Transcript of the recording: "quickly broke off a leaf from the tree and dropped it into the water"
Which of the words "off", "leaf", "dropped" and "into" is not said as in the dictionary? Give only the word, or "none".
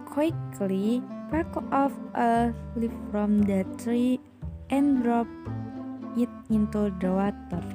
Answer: dropped